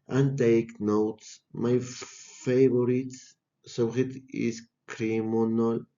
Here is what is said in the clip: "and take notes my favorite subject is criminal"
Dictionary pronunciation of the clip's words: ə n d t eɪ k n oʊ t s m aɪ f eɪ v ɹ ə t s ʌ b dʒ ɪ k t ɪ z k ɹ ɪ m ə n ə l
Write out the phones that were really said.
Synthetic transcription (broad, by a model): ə n t eɪ k n oʊ t s m aɪ f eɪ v ɹ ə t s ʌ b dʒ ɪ t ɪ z k ɹ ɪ m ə n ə l